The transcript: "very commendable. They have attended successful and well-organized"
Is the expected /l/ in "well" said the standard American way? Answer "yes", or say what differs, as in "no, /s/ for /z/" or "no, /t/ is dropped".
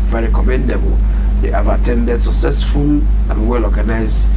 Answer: yes